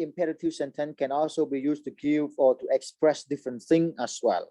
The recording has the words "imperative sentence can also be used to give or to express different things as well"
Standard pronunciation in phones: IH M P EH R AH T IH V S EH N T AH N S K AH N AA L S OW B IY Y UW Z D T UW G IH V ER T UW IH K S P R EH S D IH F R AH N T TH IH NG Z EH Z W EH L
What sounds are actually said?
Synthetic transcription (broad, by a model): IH M P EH R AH T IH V S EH N T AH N K AH N AA L S OW B IY Y UW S T UW G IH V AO T UW IH K S P R EH S D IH F R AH N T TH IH NG EH S W EH L